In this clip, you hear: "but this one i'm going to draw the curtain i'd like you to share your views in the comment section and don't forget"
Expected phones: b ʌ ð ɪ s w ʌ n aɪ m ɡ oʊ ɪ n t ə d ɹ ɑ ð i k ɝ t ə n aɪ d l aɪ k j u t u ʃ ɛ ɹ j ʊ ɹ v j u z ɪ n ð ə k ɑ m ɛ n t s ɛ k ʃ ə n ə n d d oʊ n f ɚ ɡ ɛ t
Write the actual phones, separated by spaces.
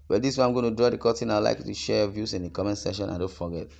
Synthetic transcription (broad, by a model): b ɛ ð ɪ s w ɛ aɪ m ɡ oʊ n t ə d ɹ ɑ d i k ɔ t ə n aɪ l aɪ k j u t u ʃ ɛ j v j u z ɪ n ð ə k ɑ m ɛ n s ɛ ʃ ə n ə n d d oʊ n f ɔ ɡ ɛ t